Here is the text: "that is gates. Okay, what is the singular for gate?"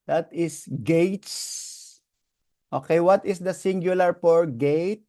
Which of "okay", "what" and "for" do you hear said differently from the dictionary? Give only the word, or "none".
for